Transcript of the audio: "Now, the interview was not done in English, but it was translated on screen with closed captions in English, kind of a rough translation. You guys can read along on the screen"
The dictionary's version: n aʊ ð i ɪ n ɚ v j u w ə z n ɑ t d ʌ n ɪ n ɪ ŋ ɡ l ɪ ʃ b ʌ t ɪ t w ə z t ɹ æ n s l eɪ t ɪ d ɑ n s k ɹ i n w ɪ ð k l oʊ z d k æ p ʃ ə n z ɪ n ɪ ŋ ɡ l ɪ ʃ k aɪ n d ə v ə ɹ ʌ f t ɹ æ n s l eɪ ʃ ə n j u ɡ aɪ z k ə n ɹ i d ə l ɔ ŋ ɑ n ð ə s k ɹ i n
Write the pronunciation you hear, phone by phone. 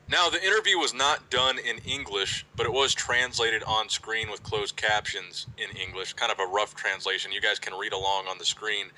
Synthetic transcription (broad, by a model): n aʊ ð i ɪ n ɚ v j u w ə z n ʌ t d ʌ n ɪ n ɪ ŋ ɡ l ɪ ʃ b ʌ t ɪ t w ə z t ɹ æ n s l eɪ t ɪ d n s k ɹ i n w ɪ ð k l oʊ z k æ p ʃ ə n z ɪ n ɪ ŋ ɡ l ɪ ʃ k aɪ n d ə v ə ɹ ʌ f t ɹ æ n s l eɪ ʃ ə n j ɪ ɡ aɪ z k ə n ɹ i d ə l ɔ ŋ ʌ n ð ə s k ɹ i n